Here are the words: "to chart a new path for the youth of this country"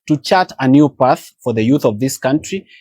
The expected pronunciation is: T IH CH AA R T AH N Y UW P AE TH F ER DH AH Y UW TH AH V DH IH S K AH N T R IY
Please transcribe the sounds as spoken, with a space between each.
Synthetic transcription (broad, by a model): T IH CH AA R T AH N Y UW P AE TH F ER DH AH Y UW TH AH V DH IH S K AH N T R IY